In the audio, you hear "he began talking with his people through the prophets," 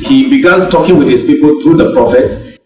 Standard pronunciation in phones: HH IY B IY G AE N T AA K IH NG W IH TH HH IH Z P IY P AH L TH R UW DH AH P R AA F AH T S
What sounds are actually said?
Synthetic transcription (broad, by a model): HH IY B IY G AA N T AA K IH NG W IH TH HH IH S P IY P AH L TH R UW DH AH P R AA F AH T S